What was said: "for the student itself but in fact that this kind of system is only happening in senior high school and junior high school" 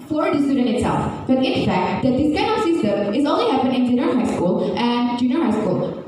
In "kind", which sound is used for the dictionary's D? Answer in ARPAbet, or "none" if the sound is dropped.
none